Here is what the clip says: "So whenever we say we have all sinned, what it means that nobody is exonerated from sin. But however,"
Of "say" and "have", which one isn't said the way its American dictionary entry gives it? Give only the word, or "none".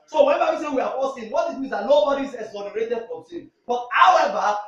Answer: have